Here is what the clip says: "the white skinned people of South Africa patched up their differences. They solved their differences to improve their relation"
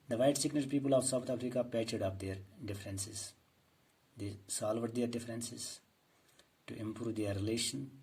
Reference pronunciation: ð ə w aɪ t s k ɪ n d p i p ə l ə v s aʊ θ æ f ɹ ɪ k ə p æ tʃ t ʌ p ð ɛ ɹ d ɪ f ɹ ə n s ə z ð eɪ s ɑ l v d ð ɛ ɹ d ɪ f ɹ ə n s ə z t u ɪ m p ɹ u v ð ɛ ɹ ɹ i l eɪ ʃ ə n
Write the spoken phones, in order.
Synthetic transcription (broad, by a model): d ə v aɪ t s ɪ n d p i p ə l ə v s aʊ t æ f ɹ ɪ k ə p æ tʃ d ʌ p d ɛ ɹ d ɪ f ɹ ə n s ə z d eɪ s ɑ l v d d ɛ ɹ d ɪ f ɹ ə n s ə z t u ɪ m p ɹ u v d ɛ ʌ ɹ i l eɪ ʃ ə n